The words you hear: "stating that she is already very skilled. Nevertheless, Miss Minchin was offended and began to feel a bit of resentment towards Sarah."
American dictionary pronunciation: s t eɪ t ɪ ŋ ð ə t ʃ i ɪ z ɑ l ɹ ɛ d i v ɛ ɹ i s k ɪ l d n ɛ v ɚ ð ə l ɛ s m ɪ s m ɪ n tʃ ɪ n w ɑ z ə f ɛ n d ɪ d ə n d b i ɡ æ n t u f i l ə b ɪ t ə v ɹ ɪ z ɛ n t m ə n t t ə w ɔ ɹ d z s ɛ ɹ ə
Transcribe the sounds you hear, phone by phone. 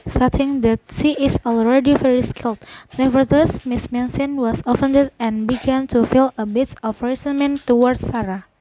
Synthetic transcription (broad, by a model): s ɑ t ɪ ŋ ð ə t s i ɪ s ɑ l ɹ ɛ d i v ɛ ɹ i s k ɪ l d n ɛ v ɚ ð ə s m ɪ s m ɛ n s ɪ n w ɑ s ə f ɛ n d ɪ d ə n b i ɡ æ n t u f i l ə b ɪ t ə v ɹ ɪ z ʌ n m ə n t t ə w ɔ ɹ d s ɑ ɹ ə